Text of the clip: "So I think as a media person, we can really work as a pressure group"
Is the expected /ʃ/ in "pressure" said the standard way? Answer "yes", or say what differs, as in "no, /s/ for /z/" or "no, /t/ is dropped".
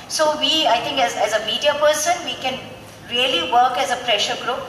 yes